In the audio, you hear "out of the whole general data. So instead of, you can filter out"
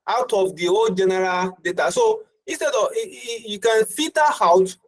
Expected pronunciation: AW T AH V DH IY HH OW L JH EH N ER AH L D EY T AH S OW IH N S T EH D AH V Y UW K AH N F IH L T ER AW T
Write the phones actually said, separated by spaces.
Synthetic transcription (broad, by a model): AW T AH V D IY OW JH EH N ER AH L D EY T AH S OW IH N S T EH D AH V Y UW K AH N F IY T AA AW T